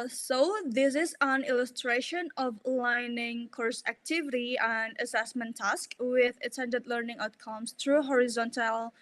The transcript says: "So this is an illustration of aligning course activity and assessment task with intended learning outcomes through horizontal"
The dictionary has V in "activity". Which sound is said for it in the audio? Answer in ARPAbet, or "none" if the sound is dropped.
V